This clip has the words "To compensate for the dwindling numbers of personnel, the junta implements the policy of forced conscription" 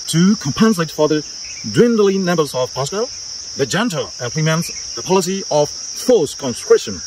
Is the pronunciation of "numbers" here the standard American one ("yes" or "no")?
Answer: no